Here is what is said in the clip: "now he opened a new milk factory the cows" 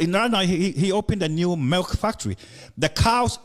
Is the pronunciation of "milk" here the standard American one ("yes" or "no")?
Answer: yes